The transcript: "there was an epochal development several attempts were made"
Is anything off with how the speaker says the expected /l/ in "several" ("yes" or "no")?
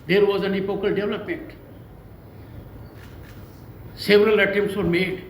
no